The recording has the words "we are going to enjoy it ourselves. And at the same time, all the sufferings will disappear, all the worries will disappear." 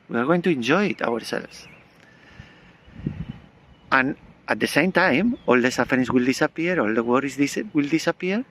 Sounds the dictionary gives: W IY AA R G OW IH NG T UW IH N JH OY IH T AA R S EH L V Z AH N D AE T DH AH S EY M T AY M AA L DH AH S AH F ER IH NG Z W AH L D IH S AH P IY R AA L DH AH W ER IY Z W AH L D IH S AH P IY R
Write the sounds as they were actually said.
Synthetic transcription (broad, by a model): W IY AA R G OW IH NG T UW IH N JH OY IH T AA R S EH L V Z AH N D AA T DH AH S EY M T AY M AA L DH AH S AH F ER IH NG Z W AH L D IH S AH P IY R AA L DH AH W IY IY S W AH L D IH S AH P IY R